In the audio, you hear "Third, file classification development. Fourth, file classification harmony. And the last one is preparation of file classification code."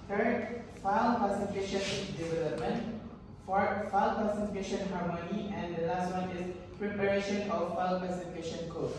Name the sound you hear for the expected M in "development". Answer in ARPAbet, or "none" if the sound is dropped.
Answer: M